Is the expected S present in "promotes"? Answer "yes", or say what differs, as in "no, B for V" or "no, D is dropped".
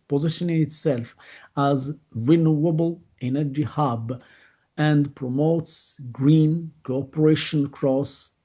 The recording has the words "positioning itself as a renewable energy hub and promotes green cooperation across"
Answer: yes